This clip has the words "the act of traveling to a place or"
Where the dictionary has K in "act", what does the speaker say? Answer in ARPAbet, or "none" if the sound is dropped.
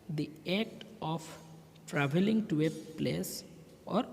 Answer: none